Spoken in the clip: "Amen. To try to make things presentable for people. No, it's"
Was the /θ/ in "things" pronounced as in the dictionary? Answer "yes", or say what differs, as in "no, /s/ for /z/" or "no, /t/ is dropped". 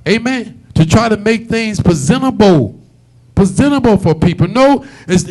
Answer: yes